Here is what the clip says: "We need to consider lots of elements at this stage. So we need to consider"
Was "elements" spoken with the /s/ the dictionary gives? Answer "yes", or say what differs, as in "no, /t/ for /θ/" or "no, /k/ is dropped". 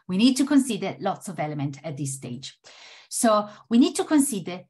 no, /s/ is dropped